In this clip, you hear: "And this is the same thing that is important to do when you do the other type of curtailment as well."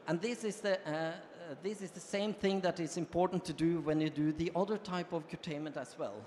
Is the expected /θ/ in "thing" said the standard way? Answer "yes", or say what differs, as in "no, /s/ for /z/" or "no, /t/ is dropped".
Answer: yes